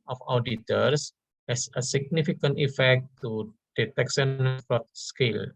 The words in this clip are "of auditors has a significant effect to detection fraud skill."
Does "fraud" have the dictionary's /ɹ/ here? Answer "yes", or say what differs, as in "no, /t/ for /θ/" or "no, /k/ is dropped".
no, /ɹ/ is dropped